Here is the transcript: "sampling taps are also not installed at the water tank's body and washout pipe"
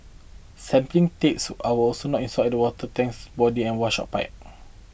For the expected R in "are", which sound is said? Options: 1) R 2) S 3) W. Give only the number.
3